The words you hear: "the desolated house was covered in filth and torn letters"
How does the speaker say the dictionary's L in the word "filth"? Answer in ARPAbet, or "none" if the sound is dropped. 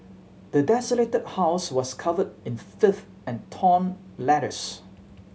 none